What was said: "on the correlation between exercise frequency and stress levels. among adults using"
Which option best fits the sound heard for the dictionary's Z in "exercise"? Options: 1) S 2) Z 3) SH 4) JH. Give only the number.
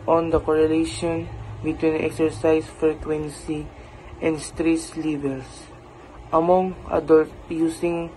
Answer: 1